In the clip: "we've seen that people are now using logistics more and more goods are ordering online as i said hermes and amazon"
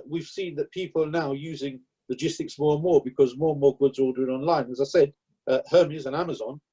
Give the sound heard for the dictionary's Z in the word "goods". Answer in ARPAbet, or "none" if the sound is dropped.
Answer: Z